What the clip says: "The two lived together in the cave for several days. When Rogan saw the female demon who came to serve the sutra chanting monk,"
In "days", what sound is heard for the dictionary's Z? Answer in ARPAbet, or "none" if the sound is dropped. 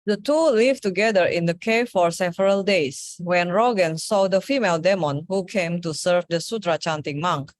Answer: S